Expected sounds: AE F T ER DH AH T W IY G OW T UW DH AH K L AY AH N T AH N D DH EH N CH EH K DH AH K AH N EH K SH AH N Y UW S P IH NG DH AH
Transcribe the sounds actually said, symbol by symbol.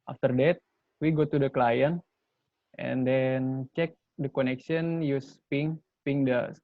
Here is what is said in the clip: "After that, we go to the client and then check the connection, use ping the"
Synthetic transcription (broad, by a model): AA F T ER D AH T W IY G OW T UW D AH K L AY AH N T AH N D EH N CH EH K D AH K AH N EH K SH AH N Y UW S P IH NG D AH